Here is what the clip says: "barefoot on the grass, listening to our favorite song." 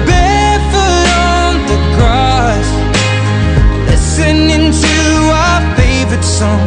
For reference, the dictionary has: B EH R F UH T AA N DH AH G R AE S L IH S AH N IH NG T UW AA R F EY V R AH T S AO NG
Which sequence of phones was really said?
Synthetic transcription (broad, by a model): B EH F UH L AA N DH AH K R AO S L IH S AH N IH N T UW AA F EY V R AH T S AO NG